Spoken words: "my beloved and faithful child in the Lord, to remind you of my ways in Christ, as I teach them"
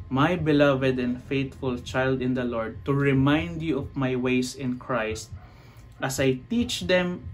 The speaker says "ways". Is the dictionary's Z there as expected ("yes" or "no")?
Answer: no